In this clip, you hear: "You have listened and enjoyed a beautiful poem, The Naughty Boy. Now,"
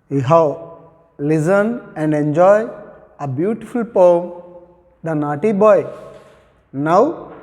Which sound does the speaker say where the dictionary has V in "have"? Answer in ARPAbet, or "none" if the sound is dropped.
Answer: W